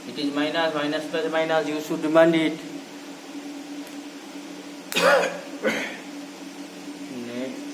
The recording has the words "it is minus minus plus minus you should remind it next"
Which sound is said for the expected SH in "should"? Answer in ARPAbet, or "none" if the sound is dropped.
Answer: S